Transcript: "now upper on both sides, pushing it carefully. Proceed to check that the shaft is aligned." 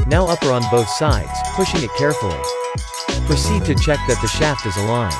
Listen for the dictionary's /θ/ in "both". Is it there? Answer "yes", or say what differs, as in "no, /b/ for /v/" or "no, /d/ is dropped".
yes